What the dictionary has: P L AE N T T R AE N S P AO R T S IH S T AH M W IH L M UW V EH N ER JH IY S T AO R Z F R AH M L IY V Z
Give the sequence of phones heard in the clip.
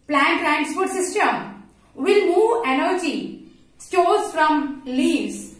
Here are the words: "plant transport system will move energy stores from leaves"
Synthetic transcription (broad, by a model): P L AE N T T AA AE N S F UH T S IH S T AH M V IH L M UW V EH N ER JH IY S T AO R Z F R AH M L IY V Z